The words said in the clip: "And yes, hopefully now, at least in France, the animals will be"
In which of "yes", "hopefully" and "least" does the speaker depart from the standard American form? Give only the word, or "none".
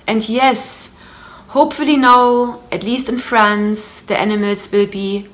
none